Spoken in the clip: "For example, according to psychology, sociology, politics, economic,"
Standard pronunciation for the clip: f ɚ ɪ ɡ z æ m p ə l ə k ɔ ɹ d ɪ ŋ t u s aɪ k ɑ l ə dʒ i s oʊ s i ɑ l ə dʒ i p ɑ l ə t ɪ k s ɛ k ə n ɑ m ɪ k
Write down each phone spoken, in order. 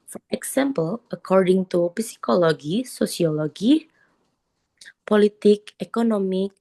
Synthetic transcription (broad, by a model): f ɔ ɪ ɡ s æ m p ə l ə k ɔ ɹ d ɪ ŋ t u s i k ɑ l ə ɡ i s oʊ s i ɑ l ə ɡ i p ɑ l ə t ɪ k ɛ k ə n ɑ m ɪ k